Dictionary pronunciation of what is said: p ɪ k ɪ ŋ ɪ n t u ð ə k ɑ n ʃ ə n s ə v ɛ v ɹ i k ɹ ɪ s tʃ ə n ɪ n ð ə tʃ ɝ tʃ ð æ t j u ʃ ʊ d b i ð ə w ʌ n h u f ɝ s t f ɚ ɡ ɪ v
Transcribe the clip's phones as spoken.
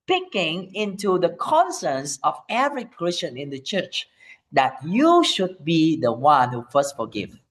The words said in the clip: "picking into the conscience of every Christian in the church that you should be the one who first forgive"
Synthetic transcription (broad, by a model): p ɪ k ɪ ŋ ɪ n t u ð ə k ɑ n s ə n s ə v ɛ v ɹ i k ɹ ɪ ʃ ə n ɪ n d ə tʃ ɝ tʃ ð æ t j u ʃ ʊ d b i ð ə w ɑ n h u f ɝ s t f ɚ ɡ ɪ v